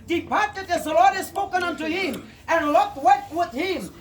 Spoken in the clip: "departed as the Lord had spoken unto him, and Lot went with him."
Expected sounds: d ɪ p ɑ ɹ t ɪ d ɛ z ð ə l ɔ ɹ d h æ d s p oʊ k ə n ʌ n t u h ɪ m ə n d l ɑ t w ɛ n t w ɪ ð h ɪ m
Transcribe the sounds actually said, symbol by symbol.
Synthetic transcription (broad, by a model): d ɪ p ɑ ɹ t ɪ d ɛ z ð ə l ɔ ɹ d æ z s p oʊ k ə n ʌ n t u h ɪ m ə n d l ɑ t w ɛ t w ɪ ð h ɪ m